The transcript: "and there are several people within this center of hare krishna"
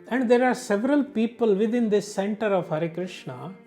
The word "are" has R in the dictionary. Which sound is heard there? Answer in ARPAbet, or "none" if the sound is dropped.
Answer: R